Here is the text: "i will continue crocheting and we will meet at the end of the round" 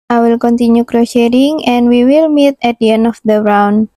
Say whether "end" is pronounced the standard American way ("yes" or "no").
no